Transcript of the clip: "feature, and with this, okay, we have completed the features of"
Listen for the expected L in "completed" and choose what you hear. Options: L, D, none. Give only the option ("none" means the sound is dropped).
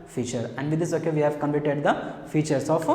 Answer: none